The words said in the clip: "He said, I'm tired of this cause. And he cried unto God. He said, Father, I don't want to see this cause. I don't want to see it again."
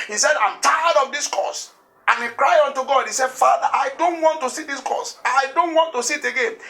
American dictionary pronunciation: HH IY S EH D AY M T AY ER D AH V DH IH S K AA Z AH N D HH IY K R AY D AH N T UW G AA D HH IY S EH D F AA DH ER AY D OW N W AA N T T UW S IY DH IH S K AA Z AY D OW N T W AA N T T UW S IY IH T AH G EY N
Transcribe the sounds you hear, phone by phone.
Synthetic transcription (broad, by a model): HH IY S EH D AY M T AY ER D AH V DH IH S K AA S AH N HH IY K R AY AO N T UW G AA D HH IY S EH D F AA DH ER AY D OW N W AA N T T UW S IY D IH S K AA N AY D OW N T W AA N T T UW S IY T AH G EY N